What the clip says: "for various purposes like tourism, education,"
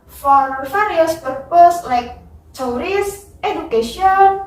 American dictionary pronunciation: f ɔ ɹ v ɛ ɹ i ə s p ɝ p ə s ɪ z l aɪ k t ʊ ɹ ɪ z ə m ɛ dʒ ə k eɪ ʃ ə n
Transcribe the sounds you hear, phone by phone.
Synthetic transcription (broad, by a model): f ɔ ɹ f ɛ ɹ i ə s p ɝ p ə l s l aɪ k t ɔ ɹ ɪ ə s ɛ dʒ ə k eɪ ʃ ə n